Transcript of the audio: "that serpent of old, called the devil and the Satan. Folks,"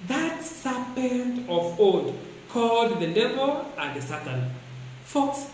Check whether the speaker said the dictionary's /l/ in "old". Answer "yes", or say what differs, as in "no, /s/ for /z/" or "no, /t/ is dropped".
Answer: no, /l/ is dropped